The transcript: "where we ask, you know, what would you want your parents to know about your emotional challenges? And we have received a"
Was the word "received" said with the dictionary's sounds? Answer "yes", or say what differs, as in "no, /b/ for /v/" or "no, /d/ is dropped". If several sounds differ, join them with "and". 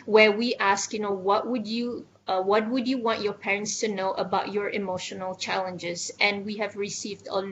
yes